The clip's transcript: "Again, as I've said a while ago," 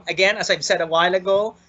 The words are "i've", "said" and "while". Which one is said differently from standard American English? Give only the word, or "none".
none